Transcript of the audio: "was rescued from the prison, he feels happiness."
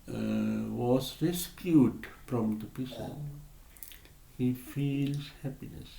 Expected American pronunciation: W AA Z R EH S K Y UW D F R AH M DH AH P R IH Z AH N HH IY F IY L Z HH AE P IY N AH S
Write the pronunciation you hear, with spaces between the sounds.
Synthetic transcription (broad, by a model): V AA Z R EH S K Y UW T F R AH M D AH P IH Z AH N HH IY F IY L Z HH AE P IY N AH S